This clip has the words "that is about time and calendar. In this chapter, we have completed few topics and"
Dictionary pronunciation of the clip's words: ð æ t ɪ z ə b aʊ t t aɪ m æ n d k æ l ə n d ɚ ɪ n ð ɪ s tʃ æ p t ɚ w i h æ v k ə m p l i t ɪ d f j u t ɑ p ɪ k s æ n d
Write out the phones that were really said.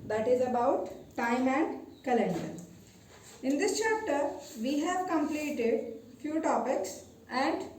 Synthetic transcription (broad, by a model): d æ t ɪ z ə b aʊ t t aɪ m æ n d k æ l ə n d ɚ ɪ n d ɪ s tʃ æ p t ɚ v i h æ v k ə m p l i t ɪ d f j u t ɑ p ɪ k s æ n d